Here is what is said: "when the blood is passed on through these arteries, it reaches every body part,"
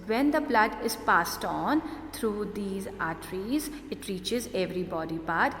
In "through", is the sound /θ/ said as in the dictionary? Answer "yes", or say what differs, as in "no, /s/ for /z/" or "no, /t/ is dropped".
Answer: no, /t/ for /θ/